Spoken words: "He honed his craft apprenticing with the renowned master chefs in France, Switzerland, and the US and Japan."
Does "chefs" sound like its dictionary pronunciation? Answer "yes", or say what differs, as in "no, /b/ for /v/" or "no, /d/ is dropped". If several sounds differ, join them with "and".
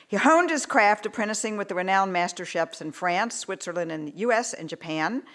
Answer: no, /p/ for /f/